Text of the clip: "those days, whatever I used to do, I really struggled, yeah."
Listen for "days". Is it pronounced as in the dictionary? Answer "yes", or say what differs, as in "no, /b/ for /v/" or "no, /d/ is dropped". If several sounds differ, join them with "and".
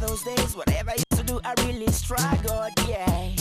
yes